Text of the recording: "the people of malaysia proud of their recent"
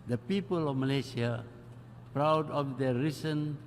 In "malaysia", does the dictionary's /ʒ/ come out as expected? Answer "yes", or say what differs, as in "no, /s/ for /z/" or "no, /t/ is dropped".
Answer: no, /s/ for /ʒ/